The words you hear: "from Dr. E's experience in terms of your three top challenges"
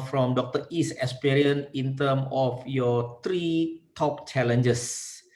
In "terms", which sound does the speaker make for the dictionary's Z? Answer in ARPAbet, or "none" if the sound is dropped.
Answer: none